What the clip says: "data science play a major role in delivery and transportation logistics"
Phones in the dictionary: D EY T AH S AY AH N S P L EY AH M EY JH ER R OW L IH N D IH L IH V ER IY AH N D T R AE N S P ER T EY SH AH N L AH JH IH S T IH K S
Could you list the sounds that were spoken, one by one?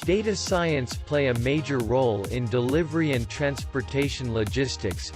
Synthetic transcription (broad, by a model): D EY T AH S AY AH N S P L EY AH M EY JH ER R OW L IH N D IH L IH V ER IY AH N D T R AE N S P ER T EY SH AH N L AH JH IH S T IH K S